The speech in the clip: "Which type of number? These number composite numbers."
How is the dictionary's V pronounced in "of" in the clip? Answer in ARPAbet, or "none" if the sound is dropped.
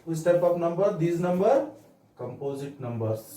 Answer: P